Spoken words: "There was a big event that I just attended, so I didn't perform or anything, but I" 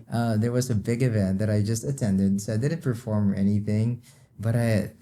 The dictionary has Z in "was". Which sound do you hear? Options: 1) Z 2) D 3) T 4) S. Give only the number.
1